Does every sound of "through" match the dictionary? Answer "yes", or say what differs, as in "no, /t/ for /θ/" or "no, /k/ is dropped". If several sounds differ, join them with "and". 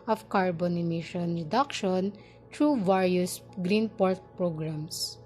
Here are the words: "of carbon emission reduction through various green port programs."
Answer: no, /t/ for /θ/